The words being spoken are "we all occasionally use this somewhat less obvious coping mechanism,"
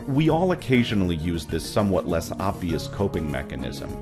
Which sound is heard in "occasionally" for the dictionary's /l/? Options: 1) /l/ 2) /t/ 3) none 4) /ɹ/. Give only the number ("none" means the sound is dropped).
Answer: 1